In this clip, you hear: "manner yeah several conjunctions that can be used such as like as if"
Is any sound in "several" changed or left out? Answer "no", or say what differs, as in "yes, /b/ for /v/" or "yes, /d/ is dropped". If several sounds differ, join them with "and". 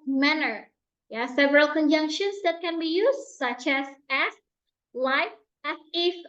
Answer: no